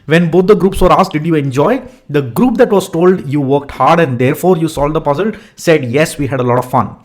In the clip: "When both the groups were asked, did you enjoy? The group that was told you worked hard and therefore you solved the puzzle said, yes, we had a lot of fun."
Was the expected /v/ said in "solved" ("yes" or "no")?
no